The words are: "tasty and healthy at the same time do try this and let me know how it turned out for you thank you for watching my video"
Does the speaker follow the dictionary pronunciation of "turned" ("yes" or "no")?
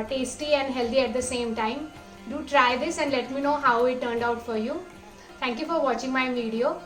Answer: yes